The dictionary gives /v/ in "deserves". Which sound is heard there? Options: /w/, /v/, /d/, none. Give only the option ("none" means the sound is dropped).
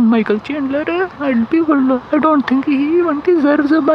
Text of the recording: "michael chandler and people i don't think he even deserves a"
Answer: none